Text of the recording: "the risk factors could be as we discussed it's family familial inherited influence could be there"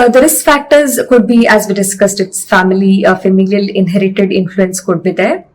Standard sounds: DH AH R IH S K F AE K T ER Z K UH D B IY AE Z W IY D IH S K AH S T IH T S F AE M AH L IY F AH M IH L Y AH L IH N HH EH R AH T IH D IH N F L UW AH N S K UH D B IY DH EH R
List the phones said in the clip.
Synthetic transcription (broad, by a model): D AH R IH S F AE K T ER Z K UH D B IY AE Z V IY D IH S K AH S T IH T S F AE M AH L IY F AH M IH L Y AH L IH N HH EH R AH T IH D IH N F L UW AH N S K UH D B IY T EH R